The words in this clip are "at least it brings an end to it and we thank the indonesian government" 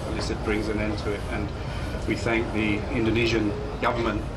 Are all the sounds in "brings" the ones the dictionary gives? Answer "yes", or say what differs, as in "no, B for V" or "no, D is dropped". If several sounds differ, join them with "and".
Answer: yes